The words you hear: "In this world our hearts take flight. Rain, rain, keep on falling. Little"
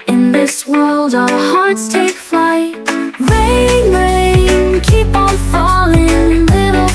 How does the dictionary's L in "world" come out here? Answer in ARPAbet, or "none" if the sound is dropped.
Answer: L